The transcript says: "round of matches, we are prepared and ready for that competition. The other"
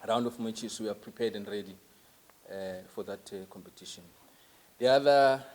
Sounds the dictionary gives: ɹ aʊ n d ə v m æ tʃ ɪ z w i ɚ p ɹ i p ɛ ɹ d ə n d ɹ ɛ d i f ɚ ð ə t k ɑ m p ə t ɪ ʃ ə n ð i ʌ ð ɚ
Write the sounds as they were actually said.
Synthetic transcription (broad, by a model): ɹ aʊ n d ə f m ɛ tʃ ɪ s w i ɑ p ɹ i p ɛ d ə n d ɹ ɛ d i f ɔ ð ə t k ɑ m p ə t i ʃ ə n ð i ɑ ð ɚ